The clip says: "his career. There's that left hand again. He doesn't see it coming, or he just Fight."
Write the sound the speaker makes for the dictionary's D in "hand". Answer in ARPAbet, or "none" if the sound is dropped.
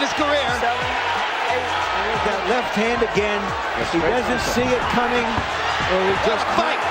D